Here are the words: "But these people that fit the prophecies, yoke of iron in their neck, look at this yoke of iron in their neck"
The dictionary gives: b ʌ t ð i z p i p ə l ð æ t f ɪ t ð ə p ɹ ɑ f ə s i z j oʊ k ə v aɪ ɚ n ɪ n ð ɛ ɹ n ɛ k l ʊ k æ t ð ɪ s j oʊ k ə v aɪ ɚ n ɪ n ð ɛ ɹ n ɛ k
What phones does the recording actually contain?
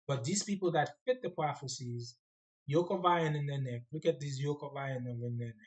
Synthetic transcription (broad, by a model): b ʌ t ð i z p i p l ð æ t f ɪ t ð ə p ɹ ɑ f ə s i z j oʊ k ə v aɪ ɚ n ɪ n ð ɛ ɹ n ɛ k l ʊ k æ t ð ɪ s j oʊ k ə v aɪ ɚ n ɪ n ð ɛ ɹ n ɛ